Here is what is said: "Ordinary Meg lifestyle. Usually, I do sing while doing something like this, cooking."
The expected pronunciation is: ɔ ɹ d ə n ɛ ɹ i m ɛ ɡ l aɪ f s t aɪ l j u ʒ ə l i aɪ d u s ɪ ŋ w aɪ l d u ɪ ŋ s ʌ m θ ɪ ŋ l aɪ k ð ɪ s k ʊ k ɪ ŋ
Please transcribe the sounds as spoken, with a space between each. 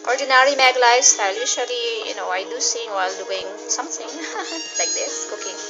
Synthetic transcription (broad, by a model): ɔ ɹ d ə n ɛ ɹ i m ɛ ɡ l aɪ s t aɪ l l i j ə n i aɪ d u s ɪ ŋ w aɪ l d u ɪ ŋ s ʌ m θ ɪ ŋ l aɪ k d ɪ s k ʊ k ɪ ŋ